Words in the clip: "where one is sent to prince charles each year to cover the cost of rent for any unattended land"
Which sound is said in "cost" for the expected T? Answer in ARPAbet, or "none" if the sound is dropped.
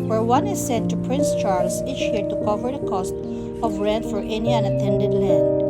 T